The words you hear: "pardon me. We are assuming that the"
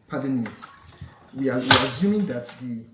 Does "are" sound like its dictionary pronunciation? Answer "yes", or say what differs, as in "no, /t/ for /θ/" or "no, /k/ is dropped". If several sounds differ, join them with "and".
no, /w/ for /ɹ/